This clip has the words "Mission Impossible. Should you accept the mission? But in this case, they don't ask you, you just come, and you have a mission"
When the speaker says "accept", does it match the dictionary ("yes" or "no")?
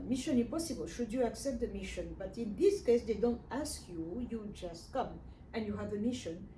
yes